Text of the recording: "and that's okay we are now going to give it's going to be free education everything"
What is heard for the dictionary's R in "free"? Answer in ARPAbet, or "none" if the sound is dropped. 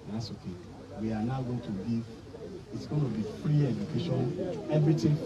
R